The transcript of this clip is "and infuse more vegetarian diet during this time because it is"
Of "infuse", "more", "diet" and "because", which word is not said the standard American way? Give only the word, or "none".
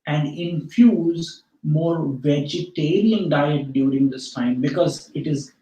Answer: none